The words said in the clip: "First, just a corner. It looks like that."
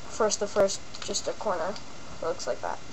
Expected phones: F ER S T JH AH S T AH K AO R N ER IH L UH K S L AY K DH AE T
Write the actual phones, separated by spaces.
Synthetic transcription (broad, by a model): F ER S T JH AH S T AH K AO R N ER L UH K S L AY K DH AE T